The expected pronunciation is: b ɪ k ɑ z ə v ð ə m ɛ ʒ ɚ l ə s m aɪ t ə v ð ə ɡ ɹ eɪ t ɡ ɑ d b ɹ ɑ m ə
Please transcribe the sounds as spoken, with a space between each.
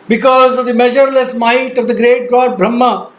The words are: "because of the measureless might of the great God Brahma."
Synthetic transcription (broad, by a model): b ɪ k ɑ z ə v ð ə m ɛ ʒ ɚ l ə s m aɪ t ə v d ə ɡ ɹ eɪ t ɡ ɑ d b ɹ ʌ m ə